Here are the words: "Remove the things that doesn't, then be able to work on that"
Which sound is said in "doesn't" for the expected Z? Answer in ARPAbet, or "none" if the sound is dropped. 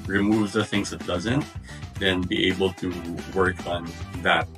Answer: Z